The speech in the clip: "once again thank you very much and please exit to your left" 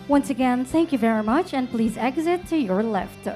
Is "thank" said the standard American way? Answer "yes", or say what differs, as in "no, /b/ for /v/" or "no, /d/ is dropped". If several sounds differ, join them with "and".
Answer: yes